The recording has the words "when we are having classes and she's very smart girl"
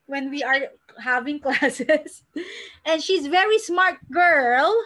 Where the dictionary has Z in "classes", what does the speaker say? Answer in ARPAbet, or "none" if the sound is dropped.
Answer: S